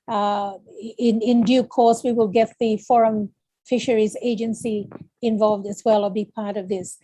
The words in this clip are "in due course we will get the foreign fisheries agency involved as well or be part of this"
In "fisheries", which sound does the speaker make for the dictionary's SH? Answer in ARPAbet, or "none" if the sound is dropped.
SH